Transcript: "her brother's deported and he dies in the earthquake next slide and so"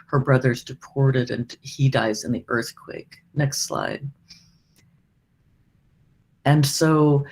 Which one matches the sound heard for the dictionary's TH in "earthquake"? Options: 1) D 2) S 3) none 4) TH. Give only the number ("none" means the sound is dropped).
4